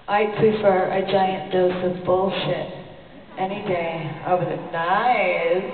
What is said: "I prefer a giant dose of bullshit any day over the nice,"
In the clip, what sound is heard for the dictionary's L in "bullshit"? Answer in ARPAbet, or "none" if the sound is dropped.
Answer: L